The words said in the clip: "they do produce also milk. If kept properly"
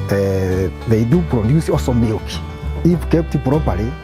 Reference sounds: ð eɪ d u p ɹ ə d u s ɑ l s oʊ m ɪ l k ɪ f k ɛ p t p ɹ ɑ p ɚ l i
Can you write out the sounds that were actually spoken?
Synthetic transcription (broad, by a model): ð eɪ d u p ɹ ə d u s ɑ s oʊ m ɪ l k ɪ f k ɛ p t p ɹ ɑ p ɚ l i